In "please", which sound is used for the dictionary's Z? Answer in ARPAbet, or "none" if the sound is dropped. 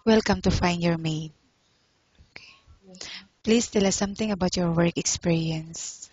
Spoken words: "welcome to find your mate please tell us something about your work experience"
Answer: S